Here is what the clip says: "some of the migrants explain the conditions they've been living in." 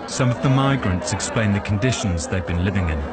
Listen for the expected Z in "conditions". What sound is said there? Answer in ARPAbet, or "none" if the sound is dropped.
Z